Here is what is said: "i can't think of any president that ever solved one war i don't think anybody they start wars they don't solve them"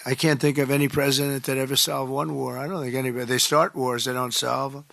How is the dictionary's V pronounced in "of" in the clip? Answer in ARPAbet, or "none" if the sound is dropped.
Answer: V